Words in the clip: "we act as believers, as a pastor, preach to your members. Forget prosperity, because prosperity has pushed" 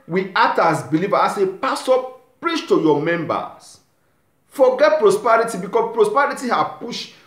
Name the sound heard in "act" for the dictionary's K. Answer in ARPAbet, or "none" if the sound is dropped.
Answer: none